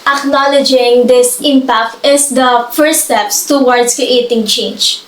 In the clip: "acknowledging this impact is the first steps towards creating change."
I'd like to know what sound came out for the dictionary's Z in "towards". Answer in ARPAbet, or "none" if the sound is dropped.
S